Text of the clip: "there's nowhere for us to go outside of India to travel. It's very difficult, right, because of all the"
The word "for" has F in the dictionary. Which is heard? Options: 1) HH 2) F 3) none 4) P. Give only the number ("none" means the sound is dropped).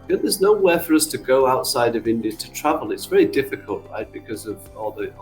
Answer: 2